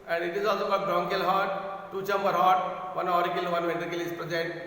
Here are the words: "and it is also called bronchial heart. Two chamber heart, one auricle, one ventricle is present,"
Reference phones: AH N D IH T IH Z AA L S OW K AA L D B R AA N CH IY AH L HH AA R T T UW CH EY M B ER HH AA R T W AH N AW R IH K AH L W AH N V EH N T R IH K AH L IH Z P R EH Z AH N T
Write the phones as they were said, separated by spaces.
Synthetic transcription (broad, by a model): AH N D IH T IH Z AA L S OW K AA D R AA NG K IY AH L HH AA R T T UW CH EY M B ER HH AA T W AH N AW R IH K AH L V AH N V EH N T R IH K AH L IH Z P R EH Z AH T